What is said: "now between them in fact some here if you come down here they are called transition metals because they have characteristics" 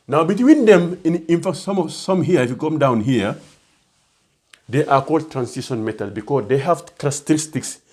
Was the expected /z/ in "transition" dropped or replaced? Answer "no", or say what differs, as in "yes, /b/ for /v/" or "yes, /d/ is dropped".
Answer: yes, /s/ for /z/